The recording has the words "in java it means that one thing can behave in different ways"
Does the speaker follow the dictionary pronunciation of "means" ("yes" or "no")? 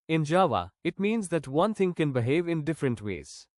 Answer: yes